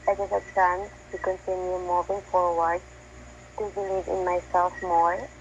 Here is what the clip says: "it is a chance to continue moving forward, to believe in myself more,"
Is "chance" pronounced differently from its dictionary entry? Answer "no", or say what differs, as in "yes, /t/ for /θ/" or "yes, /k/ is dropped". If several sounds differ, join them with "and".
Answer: yes, /s/ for /tʃ/